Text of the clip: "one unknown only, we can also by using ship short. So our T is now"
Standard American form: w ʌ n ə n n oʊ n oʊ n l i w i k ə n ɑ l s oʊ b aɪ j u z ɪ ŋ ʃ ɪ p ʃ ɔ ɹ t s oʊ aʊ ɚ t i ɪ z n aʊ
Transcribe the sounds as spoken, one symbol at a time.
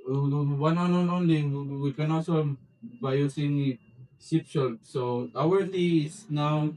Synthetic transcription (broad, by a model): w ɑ n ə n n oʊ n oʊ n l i w i k ə n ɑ s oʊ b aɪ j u s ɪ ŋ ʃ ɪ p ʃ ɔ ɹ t s oʊ aʊ ɚ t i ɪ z n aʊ